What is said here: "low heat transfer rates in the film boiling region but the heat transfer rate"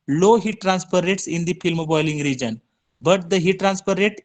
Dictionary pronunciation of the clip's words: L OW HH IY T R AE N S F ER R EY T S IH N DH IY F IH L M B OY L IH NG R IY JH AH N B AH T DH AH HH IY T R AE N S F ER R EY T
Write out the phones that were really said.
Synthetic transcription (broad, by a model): L OW HH IY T R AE N S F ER R EY T S IH N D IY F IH L M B OY L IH NG R IY JH AH N B AH T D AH HH IY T R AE N S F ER R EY T